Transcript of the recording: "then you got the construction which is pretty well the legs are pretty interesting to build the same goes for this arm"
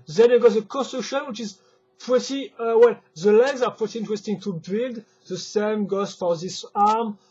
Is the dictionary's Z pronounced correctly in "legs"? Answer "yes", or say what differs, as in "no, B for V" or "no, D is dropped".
yes